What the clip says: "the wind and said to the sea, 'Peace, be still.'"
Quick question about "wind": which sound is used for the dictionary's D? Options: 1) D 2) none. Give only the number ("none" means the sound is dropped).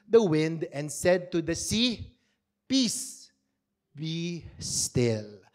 1